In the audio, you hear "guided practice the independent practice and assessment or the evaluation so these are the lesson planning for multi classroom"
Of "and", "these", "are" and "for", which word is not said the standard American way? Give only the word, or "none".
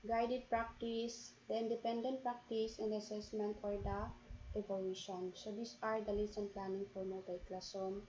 these